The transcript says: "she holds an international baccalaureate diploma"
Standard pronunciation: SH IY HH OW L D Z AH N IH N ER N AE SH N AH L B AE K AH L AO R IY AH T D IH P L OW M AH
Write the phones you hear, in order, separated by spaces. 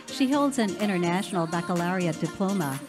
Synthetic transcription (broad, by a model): SH IY HH OW L D Z AH N IH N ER N AE SH N L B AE K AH L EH R IY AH D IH P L OW M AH